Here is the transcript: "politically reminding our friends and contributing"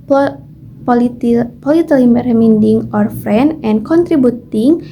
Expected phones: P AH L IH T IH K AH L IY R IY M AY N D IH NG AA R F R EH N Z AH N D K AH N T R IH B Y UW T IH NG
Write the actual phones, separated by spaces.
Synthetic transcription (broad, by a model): P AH L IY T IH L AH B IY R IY M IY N D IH NG AA R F R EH N AH N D K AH N T R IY B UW T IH NG